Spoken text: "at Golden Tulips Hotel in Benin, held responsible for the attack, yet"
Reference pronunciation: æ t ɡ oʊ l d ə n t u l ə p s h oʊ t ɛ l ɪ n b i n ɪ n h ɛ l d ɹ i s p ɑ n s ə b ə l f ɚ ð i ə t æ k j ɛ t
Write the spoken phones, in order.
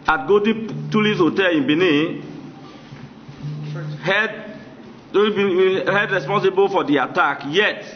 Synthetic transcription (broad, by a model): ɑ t ɡ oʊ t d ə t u l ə s h oʊ t ɛ l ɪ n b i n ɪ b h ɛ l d ɹ i s p ɑ n s ə b ə l f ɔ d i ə t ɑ k j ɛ t